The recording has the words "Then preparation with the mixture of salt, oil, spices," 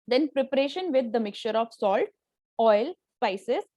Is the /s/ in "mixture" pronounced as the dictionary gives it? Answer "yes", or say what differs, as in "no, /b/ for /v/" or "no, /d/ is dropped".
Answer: no, /s/ is dropped